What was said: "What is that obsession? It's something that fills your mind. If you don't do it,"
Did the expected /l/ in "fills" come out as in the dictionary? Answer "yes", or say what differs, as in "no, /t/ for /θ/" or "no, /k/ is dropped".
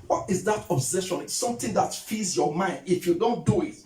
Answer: no, /l/ is dropped